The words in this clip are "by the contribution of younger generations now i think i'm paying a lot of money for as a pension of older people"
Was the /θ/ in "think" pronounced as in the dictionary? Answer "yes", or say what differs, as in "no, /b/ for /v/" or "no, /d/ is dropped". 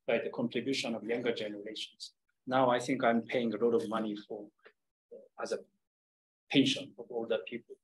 yes